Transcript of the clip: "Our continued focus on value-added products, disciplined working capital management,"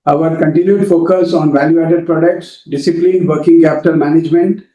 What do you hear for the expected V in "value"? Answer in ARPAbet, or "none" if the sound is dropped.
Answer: V